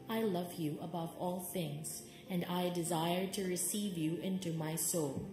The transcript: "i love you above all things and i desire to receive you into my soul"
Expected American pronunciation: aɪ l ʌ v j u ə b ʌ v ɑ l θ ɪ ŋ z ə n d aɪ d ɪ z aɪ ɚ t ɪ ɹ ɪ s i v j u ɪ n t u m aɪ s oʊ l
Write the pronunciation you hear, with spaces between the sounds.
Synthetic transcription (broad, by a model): aɪ l ʌ v j u ə b ʌ v ɑ l θ ɪ ŋ z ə n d aɪ d ɪ z aɪ ɚ t ɪ ɹ ɪ s i v j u ɪ n t u m aɪ s oʊ l